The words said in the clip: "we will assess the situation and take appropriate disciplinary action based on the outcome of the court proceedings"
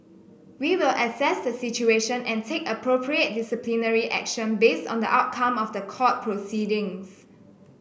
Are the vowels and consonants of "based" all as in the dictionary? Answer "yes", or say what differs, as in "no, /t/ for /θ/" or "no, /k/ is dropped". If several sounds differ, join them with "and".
yes